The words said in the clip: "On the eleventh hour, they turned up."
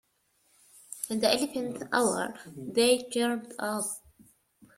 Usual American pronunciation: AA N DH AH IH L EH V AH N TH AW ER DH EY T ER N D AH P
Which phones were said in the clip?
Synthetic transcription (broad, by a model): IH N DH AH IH L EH F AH N T AW ER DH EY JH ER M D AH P